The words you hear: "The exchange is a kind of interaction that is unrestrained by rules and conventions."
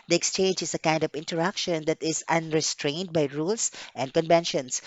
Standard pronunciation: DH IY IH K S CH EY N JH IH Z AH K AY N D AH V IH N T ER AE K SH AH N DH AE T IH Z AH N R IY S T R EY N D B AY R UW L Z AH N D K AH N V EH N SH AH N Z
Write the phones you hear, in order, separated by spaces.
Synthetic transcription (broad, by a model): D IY IH K S CH EY N JH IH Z AH K AY N D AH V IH N T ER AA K SH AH N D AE T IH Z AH N R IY S T R EY N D B AY R UW L S AH N D K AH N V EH N SH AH N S